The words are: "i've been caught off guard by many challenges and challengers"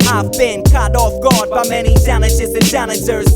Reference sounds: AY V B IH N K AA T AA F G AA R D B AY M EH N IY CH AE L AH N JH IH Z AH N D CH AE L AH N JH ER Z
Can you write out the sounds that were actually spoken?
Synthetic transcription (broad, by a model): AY V B IH N K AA T AA F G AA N B AY M EH N IY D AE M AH JH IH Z AH N D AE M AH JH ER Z